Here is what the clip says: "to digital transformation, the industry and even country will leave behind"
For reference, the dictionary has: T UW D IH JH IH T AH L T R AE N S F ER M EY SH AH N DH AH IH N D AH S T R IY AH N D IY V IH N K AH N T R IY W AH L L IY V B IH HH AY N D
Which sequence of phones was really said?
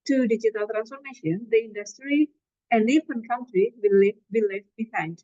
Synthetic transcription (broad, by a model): T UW D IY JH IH T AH L T R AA N S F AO M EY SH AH N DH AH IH N D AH S T R IY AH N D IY P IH N K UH N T R IY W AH L L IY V B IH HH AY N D